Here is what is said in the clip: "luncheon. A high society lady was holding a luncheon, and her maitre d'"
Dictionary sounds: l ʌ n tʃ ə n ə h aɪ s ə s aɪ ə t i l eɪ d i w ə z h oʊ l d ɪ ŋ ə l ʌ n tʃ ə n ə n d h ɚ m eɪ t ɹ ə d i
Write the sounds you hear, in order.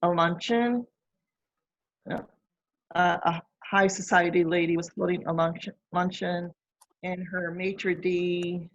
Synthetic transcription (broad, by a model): l ʌ n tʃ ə n ə h aɪ s ə s aɪ ə t i l eɪ d i w ə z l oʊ d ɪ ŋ ə l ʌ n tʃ ə n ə n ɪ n ɚ m eɪ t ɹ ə d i